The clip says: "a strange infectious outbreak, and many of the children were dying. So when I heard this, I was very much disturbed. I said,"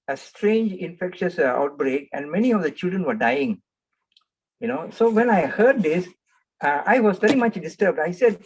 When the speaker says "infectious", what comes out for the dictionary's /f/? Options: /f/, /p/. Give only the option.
/f/